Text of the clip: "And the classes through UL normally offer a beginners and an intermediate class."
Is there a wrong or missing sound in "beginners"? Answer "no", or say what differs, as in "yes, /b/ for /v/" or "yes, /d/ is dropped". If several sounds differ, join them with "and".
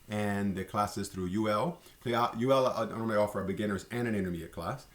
no